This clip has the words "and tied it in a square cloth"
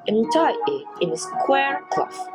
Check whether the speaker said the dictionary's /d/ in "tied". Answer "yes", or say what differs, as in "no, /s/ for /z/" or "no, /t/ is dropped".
no, /d/ is dropped